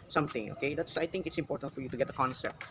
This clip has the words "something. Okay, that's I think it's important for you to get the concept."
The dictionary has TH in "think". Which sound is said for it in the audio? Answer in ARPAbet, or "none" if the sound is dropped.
T